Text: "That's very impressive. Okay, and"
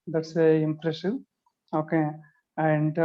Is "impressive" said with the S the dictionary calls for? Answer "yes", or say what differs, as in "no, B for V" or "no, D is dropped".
no, SH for S